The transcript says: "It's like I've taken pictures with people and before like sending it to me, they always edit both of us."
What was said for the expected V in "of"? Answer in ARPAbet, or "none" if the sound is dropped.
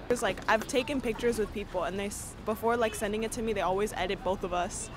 V